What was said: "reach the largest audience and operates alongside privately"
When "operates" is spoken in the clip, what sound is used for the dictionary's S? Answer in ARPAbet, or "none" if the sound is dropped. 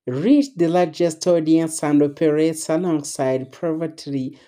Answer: S